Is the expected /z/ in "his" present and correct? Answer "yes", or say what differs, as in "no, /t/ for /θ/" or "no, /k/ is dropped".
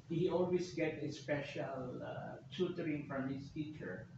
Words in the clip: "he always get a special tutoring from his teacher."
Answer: no, /s/ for /z/